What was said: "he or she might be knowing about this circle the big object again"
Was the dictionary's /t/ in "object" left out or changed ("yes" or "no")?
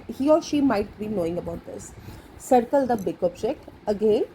yes